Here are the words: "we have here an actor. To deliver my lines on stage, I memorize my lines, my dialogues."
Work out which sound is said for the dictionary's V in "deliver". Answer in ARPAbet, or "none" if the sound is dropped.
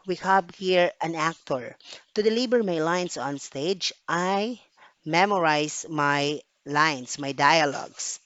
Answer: B